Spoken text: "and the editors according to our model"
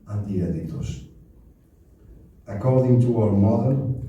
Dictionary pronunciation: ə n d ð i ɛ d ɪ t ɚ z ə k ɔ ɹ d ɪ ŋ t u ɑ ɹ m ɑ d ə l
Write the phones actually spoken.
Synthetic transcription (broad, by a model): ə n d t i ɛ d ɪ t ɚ s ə k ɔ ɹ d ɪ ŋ t u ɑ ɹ m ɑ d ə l